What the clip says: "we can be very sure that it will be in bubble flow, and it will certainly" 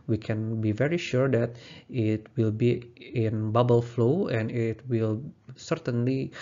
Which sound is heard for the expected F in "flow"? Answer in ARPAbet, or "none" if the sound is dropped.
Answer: F